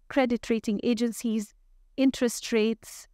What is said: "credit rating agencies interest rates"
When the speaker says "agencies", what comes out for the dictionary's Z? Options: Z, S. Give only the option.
Z